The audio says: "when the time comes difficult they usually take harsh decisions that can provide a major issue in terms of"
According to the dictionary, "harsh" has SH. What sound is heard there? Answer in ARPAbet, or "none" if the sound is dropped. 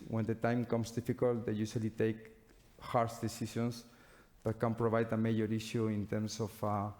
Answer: S